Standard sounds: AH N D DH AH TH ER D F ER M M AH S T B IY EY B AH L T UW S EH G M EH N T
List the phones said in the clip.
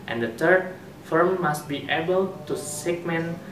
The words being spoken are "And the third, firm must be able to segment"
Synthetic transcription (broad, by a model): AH N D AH T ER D F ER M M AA S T B IY EY B AH L T UW S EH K M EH N